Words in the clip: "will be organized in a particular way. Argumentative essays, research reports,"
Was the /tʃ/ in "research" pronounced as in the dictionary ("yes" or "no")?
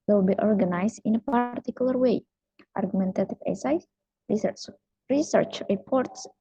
yes